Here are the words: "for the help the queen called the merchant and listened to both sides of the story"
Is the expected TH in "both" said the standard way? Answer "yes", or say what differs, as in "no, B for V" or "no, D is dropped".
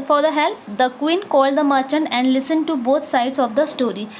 no, T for TH